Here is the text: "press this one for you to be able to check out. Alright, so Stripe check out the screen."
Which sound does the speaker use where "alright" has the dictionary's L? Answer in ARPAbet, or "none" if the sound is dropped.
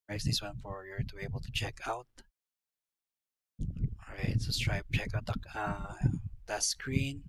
none